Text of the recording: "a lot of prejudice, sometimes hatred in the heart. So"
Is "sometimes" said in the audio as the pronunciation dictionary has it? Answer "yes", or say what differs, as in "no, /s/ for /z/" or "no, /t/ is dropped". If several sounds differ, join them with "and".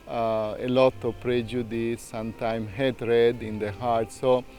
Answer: no, /z/ is dropped